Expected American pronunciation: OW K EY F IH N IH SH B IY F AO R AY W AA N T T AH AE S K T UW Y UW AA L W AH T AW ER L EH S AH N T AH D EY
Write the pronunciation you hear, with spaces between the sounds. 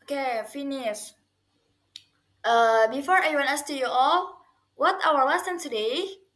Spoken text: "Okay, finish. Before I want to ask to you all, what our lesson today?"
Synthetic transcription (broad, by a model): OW K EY F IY N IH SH B IY F AO R AY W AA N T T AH S T UW Y UW AA L W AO T AW ER W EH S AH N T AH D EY